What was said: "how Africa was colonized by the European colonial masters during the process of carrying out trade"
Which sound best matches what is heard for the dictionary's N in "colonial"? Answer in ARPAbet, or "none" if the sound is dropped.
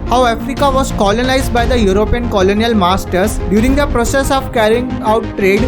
N